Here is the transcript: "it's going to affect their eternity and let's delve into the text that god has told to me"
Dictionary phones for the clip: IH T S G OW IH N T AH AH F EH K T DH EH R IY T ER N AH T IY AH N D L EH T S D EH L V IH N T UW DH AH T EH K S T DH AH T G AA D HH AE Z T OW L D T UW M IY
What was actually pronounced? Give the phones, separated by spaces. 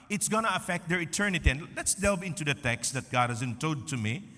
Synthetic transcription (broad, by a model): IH T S G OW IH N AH AH F EH K T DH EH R IY T ER N AH T IY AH N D L EH T S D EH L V IH N T UW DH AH T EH K S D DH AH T G AA D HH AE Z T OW D T UW M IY